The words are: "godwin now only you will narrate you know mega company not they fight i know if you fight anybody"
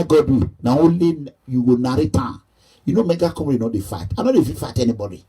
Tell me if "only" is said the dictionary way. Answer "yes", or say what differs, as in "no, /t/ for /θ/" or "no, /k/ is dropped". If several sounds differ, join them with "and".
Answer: no, /n/ is dropped